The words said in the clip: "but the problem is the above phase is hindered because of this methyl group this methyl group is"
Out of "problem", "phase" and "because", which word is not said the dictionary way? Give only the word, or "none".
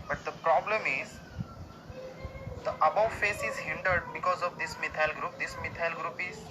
phase